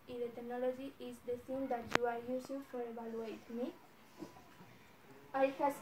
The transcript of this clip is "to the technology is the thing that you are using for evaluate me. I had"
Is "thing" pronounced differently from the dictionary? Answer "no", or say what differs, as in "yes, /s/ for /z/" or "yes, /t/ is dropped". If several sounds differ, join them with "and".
yes, /s/ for /θ/